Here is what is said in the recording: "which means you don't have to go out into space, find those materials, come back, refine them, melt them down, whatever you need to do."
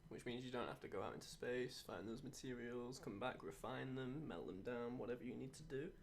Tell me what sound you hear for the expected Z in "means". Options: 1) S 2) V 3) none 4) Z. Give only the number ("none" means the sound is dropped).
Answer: 4